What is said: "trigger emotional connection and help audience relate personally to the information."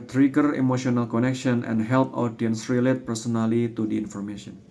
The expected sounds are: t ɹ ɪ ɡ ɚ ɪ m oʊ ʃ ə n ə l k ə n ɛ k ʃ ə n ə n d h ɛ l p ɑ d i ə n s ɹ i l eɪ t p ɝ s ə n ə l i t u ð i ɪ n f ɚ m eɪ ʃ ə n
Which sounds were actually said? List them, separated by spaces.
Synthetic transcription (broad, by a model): t ɹ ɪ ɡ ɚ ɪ m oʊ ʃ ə n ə l k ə n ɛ k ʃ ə n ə n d h ɛ l p ɑ d i ə n s ɹ i l eɪ t p ɝ s ə n ə l i t u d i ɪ n f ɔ m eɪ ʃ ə n